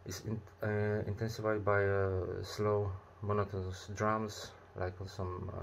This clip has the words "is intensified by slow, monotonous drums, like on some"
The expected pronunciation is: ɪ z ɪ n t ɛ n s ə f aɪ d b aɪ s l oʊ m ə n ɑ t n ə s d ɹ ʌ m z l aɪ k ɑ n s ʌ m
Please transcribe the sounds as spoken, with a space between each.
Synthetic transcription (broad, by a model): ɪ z ɪ n t ɛ n s ə f aɪ d b aɪ s l oʊ m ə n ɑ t ə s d ɹ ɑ m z l aɪ k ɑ s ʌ m